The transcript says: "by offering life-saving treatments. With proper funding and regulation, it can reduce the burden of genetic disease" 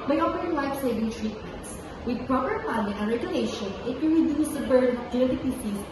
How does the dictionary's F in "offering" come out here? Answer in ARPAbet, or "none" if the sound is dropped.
P